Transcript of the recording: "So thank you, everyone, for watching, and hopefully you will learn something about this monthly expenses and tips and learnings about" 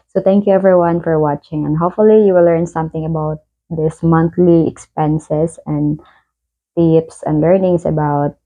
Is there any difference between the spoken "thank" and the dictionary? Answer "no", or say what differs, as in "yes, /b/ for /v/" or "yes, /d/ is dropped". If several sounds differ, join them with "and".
yes, /t/ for /θ/